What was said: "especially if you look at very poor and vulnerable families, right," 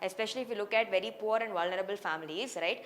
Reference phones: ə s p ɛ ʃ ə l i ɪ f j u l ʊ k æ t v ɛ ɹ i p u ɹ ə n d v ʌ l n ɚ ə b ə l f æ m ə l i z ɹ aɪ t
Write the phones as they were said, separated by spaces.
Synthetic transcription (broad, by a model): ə s p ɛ ʃ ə l i ɪ f j u l ʊ k æ t v ɛ ɹ i p u ɹ ə n d v ʌ l n ɚ ə b ə l f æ m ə l i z ɹ aɪ t